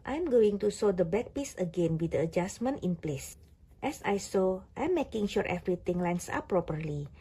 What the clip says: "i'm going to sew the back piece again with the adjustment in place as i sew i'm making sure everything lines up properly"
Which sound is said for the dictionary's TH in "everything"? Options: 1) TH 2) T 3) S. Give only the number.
2